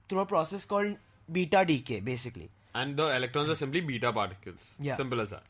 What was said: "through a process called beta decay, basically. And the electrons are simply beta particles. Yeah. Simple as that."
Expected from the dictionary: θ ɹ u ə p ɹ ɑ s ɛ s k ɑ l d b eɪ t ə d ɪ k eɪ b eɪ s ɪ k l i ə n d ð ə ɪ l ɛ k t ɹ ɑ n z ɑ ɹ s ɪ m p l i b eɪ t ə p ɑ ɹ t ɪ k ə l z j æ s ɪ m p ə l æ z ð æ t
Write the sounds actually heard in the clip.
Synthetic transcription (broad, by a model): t ɹ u ə p ɹ ɑ s ɛ s k ɑ l d b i t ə d ɪ k eɪ b eɪ s ɪ k l i ə n d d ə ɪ l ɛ k t ɹ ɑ n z ɑ ɹ s ɪ m p l i b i t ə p ɑ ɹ t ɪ k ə l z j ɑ s ɪ m p ə l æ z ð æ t